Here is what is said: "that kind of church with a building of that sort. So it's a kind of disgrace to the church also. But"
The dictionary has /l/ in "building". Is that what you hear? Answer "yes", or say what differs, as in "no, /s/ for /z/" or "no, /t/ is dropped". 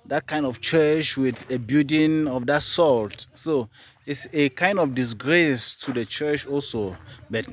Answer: no, /l/ is dropped